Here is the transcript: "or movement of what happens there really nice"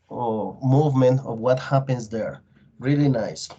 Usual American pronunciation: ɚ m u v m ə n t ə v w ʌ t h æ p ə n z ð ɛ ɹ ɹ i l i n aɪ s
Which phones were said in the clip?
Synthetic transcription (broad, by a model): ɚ m u v m ə n t ə v w ʌ t h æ p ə n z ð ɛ ɹ ɹ i l i n aɪ s